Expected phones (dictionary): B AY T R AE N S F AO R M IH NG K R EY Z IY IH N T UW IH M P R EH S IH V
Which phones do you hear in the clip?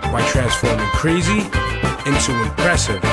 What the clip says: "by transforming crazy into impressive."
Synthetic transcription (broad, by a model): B AY T R AE N S F AO R M IH NG K R EY Z IY IH N T UW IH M P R EH S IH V